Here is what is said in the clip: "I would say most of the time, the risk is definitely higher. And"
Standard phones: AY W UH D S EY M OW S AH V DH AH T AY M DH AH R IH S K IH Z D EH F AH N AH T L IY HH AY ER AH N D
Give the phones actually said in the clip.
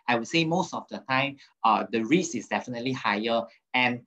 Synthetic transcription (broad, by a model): AY W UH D S EY M OW S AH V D AH T AY M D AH R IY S IH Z D EH F AH N AH T L IY HH AY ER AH N